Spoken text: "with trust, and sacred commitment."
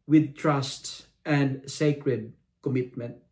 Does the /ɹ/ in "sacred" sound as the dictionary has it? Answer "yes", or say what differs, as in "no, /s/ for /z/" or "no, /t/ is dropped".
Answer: yes